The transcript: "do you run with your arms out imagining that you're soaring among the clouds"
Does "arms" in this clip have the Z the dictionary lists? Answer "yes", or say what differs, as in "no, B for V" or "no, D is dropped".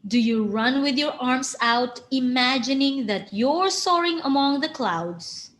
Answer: no, S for Z